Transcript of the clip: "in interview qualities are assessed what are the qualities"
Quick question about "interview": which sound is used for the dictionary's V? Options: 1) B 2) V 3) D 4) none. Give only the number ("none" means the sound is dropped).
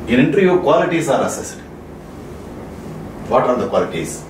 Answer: 4